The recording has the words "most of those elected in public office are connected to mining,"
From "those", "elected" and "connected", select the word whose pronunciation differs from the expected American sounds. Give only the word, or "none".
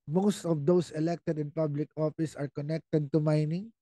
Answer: those